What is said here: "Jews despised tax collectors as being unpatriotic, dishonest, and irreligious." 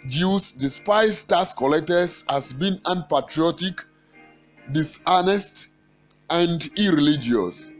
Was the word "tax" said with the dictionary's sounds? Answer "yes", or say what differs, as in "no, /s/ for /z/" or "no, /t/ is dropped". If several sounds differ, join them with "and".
no, /k/ is dropped